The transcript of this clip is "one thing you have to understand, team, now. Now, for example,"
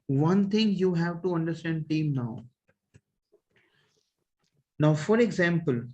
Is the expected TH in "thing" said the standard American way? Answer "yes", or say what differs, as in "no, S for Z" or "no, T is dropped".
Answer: no, T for TH